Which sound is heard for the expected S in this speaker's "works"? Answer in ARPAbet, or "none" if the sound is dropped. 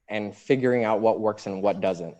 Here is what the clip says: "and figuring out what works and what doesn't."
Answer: S